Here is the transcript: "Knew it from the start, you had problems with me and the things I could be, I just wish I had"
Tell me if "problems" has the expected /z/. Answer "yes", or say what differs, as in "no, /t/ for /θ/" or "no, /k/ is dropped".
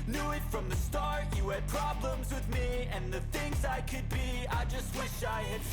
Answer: yes